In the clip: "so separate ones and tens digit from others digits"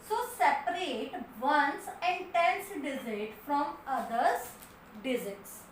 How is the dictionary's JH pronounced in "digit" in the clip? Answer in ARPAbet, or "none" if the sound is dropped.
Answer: Z